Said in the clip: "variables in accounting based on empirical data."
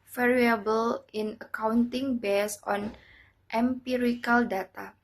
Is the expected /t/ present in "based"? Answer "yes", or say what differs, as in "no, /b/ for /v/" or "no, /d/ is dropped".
no, /t/ is dropped